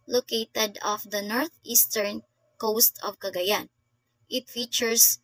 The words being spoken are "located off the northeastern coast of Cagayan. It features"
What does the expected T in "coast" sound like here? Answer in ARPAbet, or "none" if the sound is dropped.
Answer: T